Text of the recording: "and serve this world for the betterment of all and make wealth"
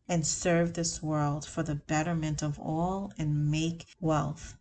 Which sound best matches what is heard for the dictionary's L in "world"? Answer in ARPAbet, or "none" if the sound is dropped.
L